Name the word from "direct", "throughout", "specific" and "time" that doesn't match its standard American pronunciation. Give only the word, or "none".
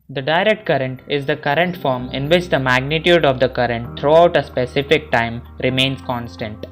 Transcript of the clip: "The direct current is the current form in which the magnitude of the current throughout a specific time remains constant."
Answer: throughout